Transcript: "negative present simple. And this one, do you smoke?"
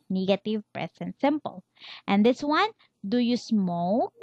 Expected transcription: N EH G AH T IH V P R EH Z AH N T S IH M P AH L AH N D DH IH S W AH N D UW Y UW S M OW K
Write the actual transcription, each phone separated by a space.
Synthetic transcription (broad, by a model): N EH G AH T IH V P R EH S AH N S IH M P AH L AH N D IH S W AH N D UW Y UW S M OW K